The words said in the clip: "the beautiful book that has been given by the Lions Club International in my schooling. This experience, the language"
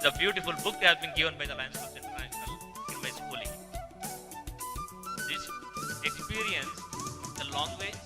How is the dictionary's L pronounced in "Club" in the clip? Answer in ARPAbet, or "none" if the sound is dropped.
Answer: none